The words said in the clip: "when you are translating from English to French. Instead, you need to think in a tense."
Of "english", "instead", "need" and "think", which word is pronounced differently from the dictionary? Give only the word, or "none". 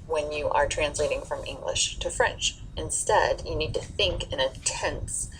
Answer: none